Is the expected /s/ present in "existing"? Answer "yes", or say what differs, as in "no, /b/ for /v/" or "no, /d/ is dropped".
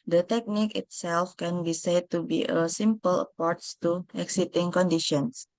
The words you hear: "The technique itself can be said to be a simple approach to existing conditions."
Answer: no, /s/ is dropped